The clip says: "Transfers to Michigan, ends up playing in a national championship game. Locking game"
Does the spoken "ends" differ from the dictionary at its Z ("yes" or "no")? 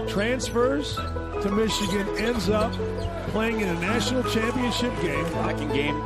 no